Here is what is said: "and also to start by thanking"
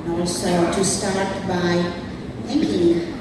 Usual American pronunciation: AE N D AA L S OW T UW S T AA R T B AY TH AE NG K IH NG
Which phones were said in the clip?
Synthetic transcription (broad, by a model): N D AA S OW T UW S T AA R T B AY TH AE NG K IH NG